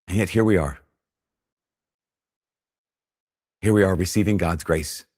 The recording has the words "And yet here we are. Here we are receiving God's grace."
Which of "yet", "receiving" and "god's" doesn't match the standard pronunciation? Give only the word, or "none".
none